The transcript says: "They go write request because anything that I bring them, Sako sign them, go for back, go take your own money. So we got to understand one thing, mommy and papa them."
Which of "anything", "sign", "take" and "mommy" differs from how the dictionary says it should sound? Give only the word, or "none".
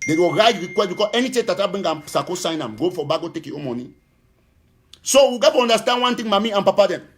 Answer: anything